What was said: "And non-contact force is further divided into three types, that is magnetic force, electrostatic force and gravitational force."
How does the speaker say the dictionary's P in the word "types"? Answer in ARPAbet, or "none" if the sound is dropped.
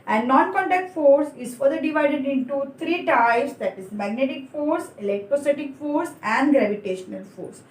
none